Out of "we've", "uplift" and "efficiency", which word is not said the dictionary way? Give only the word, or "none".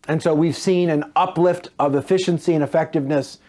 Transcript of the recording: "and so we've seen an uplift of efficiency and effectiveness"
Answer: none